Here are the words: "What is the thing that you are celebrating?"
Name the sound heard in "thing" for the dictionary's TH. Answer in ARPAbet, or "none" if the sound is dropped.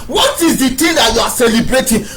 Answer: T